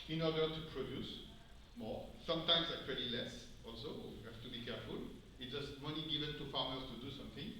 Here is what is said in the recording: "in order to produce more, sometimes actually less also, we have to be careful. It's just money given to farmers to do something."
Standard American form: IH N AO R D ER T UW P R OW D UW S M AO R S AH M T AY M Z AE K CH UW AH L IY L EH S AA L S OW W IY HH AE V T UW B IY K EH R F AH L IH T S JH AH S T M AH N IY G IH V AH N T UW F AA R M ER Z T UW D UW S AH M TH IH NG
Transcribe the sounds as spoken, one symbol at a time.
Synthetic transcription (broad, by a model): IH N AO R D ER T UW P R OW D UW S M AO S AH M T AY M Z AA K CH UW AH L IY L EH S AA L S OW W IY HH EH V T UW B IY K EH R F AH L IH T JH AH S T M AH N IY G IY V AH N T UW F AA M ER S T UW D UW S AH M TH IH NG